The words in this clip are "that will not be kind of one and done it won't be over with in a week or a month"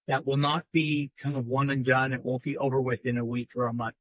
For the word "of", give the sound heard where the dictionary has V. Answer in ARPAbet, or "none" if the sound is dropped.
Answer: V